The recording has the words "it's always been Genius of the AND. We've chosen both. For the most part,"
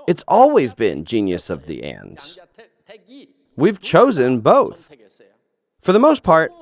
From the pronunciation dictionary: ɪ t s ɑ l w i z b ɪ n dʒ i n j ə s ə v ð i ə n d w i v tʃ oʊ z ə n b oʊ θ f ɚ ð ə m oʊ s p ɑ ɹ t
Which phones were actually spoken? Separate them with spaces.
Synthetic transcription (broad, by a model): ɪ t s ɑ l w i z b ɪ n dʒ i n j ə s ə v ð i ə n d w i v tʃ oʊ z ə n b oʊ θ f ɚ ð ə m oʊ s p ɑ ɹ t